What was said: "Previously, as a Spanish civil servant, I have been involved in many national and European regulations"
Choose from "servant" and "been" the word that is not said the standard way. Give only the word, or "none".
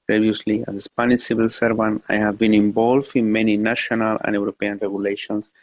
servant